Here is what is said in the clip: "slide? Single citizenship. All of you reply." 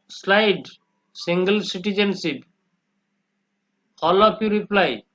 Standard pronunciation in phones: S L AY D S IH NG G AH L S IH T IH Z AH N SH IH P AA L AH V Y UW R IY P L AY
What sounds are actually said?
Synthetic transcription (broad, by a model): S L AY D S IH NG G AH L S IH T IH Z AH N S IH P AA L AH P Y UW R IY P L AY